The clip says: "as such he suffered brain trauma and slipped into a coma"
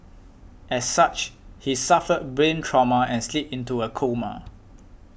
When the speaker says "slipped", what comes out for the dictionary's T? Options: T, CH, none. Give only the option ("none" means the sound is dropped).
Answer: none